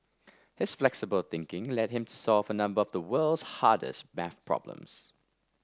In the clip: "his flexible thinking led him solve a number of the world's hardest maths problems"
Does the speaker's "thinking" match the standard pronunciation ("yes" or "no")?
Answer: yes